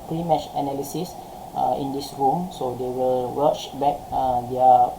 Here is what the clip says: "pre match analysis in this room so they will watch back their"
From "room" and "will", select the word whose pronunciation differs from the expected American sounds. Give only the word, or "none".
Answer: none